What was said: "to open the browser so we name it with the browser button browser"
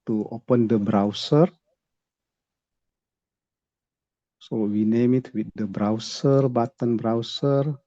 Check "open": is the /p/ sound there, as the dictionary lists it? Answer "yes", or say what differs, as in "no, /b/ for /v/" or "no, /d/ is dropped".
yes